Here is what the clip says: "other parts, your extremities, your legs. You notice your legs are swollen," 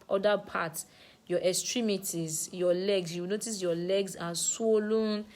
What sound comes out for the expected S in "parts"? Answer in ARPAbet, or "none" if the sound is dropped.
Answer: none